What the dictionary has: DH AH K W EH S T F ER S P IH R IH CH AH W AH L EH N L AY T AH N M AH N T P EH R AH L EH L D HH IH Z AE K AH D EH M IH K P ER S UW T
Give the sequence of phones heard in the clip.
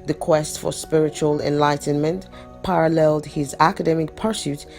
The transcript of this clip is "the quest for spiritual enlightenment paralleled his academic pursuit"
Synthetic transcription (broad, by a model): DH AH K W EH S T F ER S P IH R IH CH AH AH L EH N L AY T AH N M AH N T P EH R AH L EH L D HH IH Z AE K AH D EH M IH K P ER S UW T